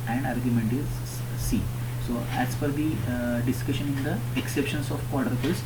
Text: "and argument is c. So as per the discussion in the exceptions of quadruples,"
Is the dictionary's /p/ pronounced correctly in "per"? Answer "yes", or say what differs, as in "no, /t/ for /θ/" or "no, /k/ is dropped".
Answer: no, /f/ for /p/